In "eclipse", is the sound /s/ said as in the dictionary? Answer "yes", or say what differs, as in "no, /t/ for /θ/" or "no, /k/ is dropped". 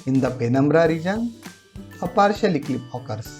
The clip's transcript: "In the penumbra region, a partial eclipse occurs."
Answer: no, /s/ is dropped